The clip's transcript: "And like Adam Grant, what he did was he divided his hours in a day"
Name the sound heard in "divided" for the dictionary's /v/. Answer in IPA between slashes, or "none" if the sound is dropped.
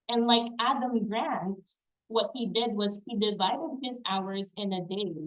/v/